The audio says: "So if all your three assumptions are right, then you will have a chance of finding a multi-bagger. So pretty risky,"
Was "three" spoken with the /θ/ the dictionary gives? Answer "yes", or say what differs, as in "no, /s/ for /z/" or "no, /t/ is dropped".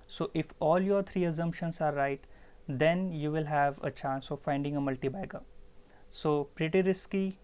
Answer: no, /t/ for /θ/